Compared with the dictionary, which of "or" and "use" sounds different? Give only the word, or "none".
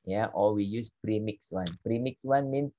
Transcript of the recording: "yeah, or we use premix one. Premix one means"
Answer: or